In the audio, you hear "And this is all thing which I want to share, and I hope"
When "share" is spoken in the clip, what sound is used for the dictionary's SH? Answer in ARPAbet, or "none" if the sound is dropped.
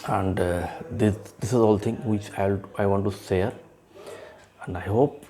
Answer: S